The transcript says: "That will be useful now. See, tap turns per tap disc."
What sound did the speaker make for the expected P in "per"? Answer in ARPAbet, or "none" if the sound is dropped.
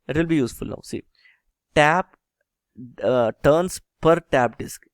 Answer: P